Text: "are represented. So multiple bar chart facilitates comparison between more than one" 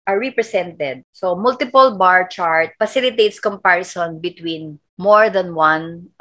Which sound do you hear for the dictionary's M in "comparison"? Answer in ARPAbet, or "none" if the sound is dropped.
M